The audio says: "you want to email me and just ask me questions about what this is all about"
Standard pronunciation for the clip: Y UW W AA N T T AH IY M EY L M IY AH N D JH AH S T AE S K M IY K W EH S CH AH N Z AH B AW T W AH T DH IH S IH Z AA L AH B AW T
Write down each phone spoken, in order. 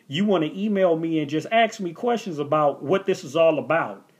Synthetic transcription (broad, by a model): Y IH W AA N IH T IY M EY L M IY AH N JH AH S T AE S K M IY K W EH S CH AH N Z AH B AW T W AH T DH IH S IH Z AA L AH B AW T